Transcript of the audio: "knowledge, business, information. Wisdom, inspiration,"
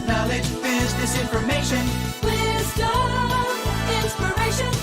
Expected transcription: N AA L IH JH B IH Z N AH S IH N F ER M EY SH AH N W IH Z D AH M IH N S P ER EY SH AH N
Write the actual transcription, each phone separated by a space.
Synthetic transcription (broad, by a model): N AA L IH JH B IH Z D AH S IH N F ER M EY SH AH N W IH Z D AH IH N S P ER EY SH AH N